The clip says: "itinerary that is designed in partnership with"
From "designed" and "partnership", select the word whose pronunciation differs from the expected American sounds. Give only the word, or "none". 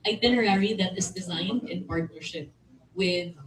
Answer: none